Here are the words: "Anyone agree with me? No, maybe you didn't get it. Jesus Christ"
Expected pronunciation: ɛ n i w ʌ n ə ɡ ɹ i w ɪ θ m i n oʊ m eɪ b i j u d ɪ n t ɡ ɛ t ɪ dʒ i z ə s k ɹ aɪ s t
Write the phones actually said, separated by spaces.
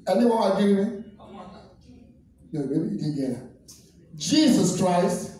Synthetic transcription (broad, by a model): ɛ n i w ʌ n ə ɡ i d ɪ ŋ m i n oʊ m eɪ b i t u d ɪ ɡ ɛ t ɪ dʒ i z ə s k ɹ aɪ s t